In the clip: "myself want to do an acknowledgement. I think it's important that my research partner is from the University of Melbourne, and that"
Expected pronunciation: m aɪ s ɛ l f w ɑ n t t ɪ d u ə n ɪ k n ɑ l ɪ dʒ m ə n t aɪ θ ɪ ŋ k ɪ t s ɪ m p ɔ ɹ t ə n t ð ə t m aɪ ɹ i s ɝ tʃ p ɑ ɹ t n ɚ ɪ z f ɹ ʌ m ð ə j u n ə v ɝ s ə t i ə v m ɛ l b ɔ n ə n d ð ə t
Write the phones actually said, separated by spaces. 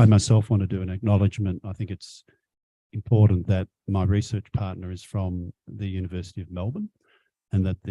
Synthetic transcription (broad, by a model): m aɪ s ɛ l f w ɑ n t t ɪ d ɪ ə n ɪ k n ɑ l ɪ dʒ m ə n t aɪ θ ɪ ŋ k ɪ t s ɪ m p ɔ ɹ t n ð ə t m aɪ ɹ i s ɝ tʃ p ɑ ɹ t n ɚ ɪ z f ɹ ʌ m ð ə j u n ə v ɝ s ə t i ə v m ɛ l b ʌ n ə n ð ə t